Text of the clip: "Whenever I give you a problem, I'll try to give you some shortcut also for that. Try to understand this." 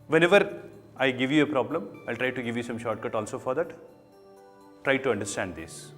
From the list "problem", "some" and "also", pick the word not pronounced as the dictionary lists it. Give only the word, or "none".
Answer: none